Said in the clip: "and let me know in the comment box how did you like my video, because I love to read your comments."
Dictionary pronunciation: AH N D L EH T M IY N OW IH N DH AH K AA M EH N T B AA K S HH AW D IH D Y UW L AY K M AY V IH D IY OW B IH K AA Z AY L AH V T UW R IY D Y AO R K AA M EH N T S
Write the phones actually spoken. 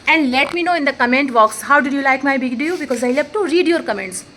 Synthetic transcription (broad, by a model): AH N D L EH T M IY N OW IH N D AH K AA M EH N T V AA K S HH AW D IH D Y UW L AY K M AY B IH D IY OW B IH K AA Z AY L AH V T UW R IY D Y AO R K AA M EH N T S